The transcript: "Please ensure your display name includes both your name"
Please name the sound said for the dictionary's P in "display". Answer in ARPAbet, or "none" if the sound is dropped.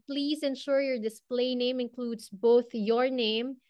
P